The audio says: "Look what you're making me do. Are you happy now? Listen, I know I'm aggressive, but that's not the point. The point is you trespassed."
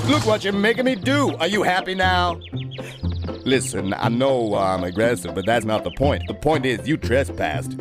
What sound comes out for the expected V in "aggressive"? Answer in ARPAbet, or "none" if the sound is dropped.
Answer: V